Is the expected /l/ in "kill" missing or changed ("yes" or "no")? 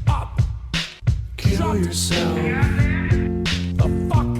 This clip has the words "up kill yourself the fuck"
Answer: yes